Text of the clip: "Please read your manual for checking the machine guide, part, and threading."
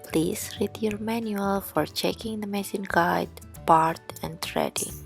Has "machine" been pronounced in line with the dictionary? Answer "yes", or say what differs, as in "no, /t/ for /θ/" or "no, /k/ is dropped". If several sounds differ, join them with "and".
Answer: no, /s/ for /ʃ/